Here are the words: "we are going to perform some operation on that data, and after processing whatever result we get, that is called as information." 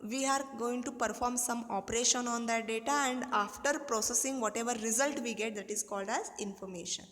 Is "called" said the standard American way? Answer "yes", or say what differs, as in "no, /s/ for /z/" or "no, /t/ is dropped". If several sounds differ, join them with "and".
yes